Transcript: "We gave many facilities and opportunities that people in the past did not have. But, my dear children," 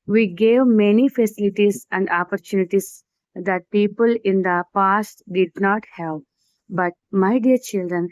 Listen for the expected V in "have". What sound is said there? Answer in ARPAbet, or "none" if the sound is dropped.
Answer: P